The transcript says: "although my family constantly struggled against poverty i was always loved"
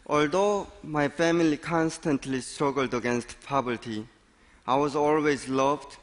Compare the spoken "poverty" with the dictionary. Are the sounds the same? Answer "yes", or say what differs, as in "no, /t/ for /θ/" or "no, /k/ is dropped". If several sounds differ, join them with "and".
no, /b/ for /v/